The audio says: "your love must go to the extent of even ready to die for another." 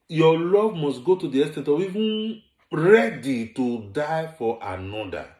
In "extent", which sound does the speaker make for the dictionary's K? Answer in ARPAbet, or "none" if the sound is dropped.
none